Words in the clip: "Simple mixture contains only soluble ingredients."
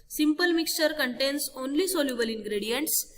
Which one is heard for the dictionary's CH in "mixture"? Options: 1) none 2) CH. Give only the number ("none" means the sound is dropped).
2